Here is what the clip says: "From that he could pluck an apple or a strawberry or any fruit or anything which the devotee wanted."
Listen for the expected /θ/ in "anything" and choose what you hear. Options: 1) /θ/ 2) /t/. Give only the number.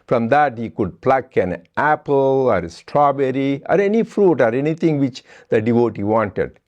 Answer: 2